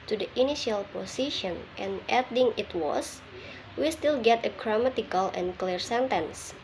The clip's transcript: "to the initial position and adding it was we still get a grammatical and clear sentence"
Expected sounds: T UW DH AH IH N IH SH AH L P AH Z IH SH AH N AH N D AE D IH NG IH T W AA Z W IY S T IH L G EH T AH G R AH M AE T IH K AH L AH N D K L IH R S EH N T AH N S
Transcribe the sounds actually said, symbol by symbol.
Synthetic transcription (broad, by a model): T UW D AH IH N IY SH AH L P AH S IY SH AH N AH N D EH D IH NG IH T W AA S W IY S T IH L G EH T AH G R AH M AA T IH K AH L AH N K L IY R S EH N T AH N S